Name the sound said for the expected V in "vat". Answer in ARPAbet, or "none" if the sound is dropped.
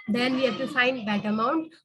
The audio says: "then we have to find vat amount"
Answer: B